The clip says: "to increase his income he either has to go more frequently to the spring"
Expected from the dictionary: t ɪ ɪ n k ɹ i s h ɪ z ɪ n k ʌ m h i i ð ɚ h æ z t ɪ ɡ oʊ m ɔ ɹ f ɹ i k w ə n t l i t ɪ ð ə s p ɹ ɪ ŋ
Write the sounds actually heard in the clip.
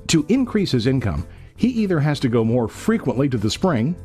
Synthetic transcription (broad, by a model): t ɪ ɪ n k ɹ i s h ɪ z ɪ n k ʌ m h i i ð ɚ h æ z t ɪ ɡ oʊ m ɔ ɹ f ɹ i k w ə n t l i t ɪ ð ə s p ɹ ɪ ŋ